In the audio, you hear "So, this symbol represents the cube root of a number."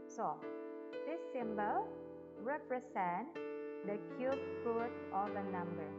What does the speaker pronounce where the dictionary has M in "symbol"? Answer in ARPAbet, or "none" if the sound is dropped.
M